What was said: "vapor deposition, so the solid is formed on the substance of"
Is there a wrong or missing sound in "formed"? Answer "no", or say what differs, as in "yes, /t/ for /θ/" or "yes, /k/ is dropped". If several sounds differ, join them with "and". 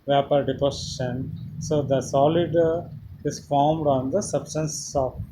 no